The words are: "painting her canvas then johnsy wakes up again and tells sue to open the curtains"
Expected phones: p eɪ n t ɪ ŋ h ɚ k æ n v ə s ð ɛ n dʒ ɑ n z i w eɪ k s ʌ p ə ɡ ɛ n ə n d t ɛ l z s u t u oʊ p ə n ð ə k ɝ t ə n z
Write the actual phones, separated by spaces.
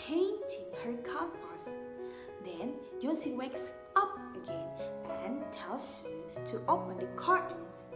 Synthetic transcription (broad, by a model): eɪ n t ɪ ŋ h ɚ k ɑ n f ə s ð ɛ n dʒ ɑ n s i w eɪ k s ʌ p ə ɡ ɛ n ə n t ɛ l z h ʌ t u oʊ p ə n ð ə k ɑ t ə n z